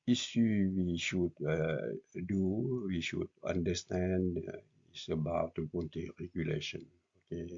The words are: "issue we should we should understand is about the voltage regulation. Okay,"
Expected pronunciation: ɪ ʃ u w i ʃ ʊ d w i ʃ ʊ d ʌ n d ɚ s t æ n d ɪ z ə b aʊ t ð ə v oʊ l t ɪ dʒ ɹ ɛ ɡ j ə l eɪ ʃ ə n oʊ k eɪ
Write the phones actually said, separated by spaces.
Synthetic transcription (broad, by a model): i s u w i ʃ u d w i ʃ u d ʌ n d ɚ s t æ n d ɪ s ə b aʊ t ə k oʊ n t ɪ ɹ ɛ ɡ j ə l eɪ ʃ ə n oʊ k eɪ